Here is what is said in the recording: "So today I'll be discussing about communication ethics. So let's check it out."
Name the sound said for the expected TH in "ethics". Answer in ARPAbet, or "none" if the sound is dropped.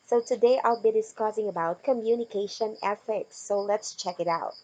F